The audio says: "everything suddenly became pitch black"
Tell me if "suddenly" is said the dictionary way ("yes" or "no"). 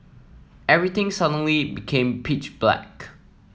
yes